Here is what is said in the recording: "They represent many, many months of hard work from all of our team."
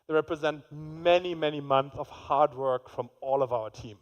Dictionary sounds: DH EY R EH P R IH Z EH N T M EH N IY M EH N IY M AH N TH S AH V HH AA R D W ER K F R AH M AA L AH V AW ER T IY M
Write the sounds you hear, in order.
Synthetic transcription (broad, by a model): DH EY R EH P R IH Z EH N T M EH N IY M EH N IY M AH N TH S AH V HH AA R D W ER K F R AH M AA L AH V AW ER T IY M